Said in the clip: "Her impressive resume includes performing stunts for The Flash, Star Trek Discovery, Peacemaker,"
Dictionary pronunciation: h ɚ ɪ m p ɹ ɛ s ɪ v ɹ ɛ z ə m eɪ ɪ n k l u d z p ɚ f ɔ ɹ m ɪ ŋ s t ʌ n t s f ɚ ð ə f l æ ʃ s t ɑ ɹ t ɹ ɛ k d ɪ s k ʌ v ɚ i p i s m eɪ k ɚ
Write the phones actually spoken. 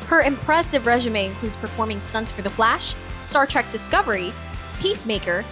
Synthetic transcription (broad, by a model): h ɚ ɪ m p ɹ ɛ s ɪ v ɹ ɛ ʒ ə m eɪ ɪ n k l u d z p ɚ f ɔ ɹ m ɪ ŋ s t ʌ n t s f ɚ ð ə f l æ ʃ s t ɑ ɹ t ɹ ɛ k d ɪ s k ʌ v ɚ i p i s m eɪ k ɚ